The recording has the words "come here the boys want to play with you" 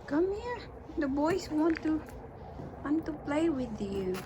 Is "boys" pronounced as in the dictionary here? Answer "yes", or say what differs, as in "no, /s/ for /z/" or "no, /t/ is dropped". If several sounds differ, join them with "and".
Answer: no, /s/ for /z/